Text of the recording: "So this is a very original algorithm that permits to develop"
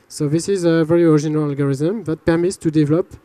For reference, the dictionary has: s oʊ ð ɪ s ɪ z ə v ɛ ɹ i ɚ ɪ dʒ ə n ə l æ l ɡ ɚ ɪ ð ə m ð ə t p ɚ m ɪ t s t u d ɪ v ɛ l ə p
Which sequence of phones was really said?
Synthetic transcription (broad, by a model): s oʊ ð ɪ s ɪ z ə v ɛ ɹ i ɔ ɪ ʒ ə n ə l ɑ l ɡ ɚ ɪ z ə m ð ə t p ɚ m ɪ t s t u d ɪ v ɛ l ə p